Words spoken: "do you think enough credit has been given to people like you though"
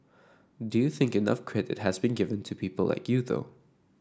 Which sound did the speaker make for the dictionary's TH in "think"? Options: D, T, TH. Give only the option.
TH